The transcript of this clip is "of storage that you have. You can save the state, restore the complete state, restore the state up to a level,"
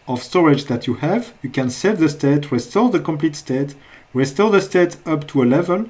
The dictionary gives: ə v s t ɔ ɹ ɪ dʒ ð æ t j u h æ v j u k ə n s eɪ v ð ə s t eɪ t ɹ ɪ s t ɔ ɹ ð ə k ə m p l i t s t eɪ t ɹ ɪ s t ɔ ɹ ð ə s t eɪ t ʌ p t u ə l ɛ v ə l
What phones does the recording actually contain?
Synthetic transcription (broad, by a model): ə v s t ɔ ɹ ɪ dʒ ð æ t j u h æ v j u k ə n s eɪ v ð ə s t eɪ t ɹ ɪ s t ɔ l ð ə k ə m p l i t s t eɪ t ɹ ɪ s t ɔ l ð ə s t eɪ t ʌ p t u ə l ɛ v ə l